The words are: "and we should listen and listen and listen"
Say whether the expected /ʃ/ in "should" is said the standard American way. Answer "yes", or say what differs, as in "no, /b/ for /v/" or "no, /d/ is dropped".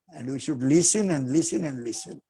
yes